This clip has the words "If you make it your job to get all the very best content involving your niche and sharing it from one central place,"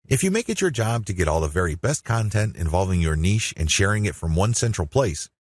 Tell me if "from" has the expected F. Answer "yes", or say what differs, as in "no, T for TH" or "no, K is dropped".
yes